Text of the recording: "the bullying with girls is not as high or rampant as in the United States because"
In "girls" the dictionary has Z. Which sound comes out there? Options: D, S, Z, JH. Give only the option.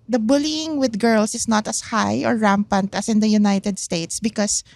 S